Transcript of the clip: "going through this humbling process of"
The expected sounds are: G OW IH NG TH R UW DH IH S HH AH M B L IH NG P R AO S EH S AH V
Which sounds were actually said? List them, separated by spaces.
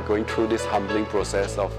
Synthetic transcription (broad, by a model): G OW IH NG T R UW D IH S HH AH M B L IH NG P R AO S EH S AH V